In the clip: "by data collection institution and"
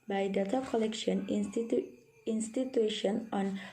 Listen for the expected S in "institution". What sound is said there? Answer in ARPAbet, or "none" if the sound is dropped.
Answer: S